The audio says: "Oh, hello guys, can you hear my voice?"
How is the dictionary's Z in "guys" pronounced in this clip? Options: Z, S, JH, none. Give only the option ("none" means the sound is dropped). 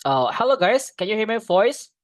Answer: S